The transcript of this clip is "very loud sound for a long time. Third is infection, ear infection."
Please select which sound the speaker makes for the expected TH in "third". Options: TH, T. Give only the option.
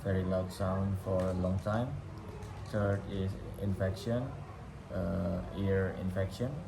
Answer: T